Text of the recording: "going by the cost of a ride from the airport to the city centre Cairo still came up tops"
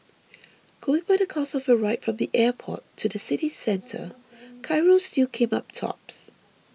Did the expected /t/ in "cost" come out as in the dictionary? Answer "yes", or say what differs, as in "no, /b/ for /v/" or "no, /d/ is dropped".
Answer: no, /t/ is dropped